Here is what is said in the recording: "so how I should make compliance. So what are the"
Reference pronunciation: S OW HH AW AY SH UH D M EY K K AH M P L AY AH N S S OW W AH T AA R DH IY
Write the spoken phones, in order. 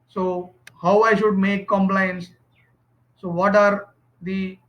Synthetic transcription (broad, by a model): S OW HH AW AY SH UH D M EY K K AH M P L AY AH N S S OW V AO T AA R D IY